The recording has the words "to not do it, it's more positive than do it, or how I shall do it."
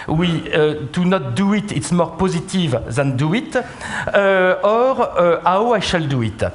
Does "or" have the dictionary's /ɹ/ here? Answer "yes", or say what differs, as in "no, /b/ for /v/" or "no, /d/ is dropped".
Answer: yes